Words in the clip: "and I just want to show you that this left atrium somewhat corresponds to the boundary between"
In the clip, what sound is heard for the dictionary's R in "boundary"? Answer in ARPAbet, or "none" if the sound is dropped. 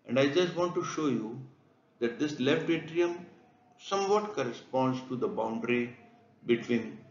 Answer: R